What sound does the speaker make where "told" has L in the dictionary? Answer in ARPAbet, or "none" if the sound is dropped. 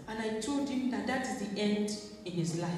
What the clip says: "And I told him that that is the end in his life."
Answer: L